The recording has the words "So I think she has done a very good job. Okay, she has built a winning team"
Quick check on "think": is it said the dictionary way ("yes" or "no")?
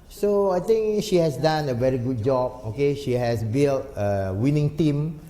no